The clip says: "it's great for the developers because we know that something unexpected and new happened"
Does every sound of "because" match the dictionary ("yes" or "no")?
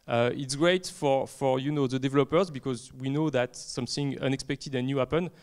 yes